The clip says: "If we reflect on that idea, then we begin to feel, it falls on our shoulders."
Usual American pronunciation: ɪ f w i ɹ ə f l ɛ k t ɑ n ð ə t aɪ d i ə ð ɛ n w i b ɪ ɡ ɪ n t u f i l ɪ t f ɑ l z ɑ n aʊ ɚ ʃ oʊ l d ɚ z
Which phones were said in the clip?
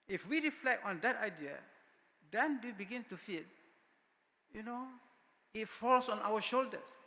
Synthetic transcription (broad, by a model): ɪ f w i ɹ ə f l ɛ k t ɑ n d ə t aɪ d i ə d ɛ n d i b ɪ ɡ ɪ n t u f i n ɪ t f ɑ l s ɑ n aʊ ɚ ʃ oʊ l d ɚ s